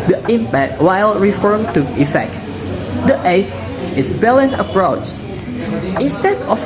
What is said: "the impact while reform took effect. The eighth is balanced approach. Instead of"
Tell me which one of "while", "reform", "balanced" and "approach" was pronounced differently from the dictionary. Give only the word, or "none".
balanced